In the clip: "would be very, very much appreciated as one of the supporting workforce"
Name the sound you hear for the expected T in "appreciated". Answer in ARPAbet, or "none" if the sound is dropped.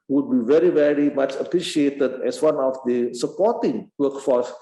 T